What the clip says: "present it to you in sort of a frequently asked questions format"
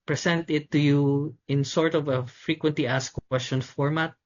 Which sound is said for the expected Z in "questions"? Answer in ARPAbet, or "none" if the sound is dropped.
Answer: none